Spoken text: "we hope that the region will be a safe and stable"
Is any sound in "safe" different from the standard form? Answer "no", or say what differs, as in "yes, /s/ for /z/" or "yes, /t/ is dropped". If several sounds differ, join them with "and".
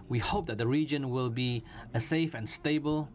no